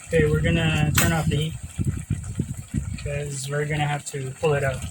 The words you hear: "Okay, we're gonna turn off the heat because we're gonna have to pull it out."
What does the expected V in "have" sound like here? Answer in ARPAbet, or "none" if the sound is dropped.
F